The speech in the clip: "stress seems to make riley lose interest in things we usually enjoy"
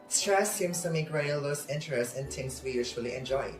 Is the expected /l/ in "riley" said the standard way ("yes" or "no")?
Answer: no